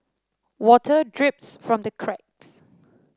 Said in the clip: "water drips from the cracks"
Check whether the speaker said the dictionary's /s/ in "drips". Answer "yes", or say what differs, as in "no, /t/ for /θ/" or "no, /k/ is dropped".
yes